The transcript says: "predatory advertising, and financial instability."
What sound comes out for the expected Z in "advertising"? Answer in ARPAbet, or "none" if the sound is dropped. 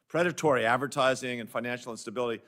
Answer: Z